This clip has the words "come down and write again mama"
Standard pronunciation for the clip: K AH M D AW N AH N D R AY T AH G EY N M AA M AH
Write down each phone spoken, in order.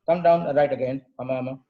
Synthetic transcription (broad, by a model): K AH M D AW AH N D R AY T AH G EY N M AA M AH